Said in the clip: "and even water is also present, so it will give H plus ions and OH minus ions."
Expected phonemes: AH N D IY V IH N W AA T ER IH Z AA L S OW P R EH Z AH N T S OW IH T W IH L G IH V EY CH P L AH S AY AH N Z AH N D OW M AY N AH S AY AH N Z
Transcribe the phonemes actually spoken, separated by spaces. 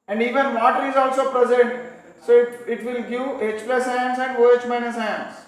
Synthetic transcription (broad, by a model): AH N D IY V IH N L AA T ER IH Z AA L S OW P R EH Z AH N T S OW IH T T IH L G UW EY CH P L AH S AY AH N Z AH N D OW M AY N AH S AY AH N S